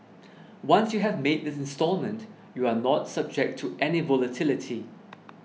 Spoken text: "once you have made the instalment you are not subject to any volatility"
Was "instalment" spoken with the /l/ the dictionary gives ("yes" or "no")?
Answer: yes